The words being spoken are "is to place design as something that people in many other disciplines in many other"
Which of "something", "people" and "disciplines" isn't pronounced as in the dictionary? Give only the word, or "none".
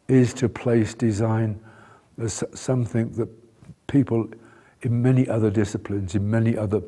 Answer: none